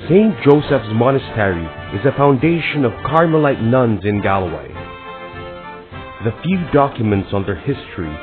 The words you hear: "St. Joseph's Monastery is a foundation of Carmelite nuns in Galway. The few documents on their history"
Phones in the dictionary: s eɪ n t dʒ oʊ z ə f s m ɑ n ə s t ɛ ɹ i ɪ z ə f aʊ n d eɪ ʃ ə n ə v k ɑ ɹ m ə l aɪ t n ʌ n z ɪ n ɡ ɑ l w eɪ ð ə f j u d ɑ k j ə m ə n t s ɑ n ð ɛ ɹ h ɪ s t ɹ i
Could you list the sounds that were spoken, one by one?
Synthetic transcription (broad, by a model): s eɪ n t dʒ oʊ s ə f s m ɑ n ə s t ɛ ɹ i ɪ z ə f aʊ n d eɪ ʃ ə n ə v k ɑ ɹ m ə l aɪ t n ʌ n z ɪ n ɡ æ l w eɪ ð ə f j u d ɑ k j ə m ə n t s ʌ n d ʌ ɹ h ɪ s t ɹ i